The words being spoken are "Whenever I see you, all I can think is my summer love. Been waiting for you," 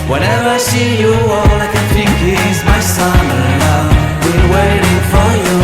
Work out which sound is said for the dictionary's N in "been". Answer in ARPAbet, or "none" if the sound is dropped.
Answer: L